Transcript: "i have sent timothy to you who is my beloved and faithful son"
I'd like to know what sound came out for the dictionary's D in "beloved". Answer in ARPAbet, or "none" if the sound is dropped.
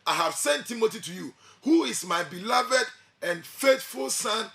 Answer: D